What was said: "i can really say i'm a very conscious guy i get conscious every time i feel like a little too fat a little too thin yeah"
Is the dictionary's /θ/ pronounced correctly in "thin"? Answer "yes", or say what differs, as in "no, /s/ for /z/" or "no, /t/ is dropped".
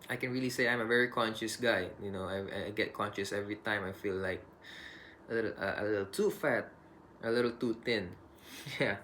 no, /t/ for /θ/